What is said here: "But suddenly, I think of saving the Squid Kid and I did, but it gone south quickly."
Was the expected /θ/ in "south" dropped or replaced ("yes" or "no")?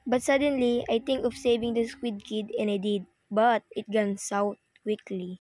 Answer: yes